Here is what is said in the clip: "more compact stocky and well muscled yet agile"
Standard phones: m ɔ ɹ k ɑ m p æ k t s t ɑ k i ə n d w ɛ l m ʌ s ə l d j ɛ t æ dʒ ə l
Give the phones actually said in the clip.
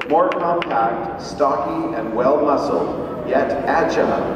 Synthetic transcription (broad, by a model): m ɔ ɹ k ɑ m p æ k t s t ɑ k i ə n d w ɛ l m ʌ s l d j ɛ t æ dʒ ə